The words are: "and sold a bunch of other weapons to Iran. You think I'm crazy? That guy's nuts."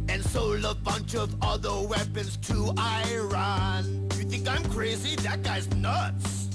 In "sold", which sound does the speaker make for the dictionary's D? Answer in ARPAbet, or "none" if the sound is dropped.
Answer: none